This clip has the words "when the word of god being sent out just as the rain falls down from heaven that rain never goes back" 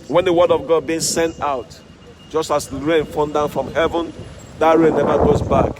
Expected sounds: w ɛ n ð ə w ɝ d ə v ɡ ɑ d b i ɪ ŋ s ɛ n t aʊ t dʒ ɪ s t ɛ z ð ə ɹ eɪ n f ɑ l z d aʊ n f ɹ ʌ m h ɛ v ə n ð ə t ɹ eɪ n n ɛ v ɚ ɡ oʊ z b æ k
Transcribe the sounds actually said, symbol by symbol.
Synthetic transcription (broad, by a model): w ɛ n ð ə w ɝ d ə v ɡ ɑ d b i ɪ ŋ s ɛ n t aʊ t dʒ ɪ s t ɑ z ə ɹ eɪ n f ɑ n d aʊ n f ɹ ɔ m h ɛ v ə n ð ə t ɹ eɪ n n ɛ v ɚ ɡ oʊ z b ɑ k